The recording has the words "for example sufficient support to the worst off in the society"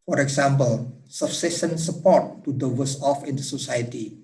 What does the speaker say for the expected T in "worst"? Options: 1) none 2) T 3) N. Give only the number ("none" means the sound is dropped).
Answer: 1